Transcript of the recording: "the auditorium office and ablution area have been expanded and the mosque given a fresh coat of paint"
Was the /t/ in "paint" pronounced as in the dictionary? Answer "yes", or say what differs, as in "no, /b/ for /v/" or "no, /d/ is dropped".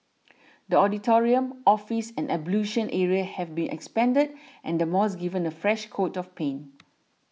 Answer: no, /t/ is dropped